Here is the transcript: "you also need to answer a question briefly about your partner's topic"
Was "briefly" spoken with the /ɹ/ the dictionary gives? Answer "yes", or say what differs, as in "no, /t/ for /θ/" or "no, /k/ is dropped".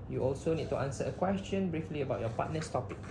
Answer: yes